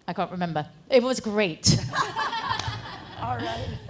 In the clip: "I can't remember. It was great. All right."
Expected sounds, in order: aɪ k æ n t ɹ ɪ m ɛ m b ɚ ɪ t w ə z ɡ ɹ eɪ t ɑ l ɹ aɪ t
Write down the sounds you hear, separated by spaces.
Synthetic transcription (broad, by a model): aɪ k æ n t ɹ ɪ m ɛ m b ɚ ɪ t w ə z ɡ ɹ eɪ ɪ t